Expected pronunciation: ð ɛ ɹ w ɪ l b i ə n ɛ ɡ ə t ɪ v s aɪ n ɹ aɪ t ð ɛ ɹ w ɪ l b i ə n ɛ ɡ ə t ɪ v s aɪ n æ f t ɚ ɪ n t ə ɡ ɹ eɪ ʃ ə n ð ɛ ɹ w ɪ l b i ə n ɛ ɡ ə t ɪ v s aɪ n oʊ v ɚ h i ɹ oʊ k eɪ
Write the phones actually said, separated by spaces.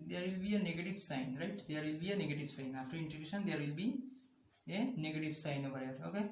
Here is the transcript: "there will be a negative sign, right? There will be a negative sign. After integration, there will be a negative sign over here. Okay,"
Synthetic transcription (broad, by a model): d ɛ ɹ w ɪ l b i ə n ɛ ɡ ə t ɪ v s aɪ n ɹ aɪ t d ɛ ɹ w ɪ l b i ə n ɛ ɡ ə t ɪ v s aɪ n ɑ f t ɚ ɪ n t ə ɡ eɪ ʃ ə n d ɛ ɹ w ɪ l b i ə n ɛ ɡ ə t ɪ v s aɪ n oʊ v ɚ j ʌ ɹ oʊ k eɪ